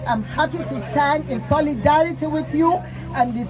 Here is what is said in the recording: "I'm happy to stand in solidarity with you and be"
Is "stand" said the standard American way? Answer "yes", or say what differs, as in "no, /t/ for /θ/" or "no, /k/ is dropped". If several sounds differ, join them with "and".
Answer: yes